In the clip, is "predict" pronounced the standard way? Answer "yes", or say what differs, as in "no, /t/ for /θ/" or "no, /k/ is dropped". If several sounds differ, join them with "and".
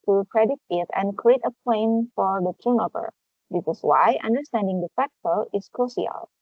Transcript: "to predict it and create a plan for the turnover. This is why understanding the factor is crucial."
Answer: no, /k/ is dropped